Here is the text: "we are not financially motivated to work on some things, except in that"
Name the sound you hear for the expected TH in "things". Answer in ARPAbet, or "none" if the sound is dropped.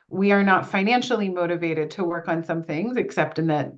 TH